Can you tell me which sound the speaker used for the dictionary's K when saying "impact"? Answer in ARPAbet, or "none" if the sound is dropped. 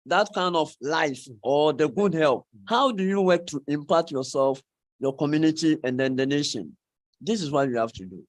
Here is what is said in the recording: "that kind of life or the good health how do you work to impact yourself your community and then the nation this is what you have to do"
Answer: none